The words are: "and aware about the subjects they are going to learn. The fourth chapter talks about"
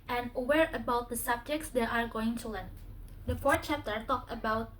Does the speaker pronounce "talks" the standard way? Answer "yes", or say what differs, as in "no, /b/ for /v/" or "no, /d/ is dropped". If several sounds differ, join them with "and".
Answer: no, /s/ is dropped